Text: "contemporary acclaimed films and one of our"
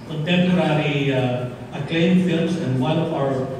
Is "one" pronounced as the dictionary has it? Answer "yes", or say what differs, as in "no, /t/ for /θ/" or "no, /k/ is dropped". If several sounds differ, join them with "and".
no, /l/ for /n/